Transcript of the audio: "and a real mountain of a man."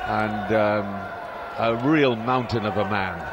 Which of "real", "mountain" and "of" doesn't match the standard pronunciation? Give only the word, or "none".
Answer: none